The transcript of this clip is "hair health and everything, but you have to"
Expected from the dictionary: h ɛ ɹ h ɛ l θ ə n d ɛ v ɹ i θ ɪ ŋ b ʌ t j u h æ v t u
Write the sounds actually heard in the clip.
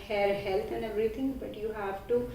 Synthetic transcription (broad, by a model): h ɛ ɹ h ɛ l t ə n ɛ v ɹ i t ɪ ŋ b ʌ t j u h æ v t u